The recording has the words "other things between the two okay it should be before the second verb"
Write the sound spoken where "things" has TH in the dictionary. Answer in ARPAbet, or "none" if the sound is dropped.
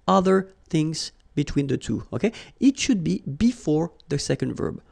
TH